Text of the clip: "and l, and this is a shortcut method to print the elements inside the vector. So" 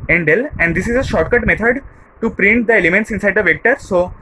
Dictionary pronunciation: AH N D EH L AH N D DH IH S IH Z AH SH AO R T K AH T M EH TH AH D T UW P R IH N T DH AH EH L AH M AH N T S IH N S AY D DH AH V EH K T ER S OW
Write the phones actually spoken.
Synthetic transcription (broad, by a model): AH N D EH L AH N D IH S IH Z AH SH AO R T K AH T M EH T AH D T UW P R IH N T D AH EH L AH M AH N T S IH N S AY D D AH V EH K T ER S OW